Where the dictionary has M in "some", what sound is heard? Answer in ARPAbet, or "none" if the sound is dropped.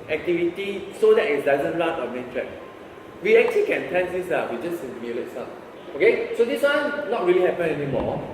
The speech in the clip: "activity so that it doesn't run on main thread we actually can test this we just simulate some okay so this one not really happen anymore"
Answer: none